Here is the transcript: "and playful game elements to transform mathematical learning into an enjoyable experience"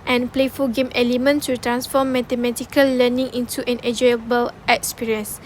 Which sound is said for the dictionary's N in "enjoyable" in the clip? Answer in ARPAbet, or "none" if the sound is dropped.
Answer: none